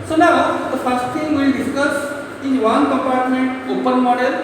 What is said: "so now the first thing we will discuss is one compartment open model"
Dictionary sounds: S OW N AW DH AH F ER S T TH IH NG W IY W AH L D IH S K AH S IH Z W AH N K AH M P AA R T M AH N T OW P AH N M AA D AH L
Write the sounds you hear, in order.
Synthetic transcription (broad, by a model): S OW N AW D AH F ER S T T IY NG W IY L D IH S K AH S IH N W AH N K AH M P AA R T M AH N T OW P AH N M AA D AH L